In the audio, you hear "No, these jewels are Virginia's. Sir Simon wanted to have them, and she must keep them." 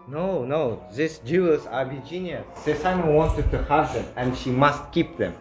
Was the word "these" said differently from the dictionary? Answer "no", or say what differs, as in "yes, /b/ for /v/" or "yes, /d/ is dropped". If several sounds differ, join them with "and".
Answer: yes, /s/ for /z/